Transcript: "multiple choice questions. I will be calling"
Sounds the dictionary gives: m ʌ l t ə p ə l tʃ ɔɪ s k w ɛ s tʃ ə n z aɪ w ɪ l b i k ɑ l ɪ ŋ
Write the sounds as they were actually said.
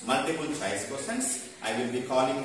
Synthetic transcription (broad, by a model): m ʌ l t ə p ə l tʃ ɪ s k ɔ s ə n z aɪ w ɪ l b i k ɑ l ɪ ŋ